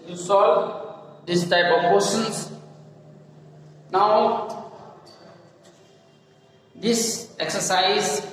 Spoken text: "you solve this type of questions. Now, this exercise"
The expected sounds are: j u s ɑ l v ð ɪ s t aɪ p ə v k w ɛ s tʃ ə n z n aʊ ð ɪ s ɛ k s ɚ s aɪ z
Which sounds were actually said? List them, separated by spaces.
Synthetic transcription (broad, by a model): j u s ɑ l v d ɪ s t aɪ p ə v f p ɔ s ə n s n aʊ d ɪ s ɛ k s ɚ s aɪ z